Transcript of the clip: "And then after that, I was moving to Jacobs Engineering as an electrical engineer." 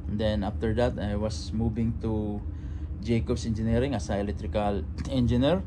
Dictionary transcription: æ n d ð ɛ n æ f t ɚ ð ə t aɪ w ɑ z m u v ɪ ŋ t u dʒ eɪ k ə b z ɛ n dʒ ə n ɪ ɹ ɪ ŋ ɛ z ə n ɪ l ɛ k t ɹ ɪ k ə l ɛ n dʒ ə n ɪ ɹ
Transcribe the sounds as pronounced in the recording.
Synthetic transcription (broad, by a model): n d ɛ n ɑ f t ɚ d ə t aɪ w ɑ s m u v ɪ ŋ t u dʒ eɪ k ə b s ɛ n dʒ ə n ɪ ɹ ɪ ŋ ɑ s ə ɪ l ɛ t ɹ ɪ k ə l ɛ n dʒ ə n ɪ ɹ